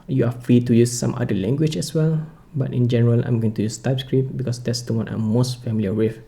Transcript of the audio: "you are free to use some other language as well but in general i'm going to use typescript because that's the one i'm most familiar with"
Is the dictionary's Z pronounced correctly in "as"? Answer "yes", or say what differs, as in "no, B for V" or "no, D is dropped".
no, S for Z